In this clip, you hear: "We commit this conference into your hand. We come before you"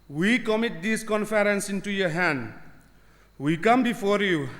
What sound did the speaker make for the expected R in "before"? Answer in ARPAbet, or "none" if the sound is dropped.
R